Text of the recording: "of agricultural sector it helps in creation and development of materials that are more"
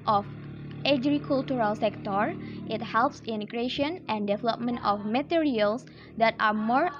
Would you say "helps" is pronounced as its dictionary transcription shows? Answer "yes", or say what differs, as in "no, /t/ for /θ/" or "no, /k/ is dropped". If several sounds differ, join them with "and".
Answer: yes